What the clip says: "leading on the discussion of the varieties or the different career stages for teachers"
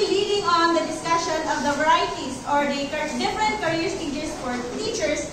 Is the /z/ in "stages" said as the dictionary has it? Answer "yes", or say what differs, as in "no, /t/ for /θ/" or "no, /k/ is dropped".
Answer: no, /s/ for /z/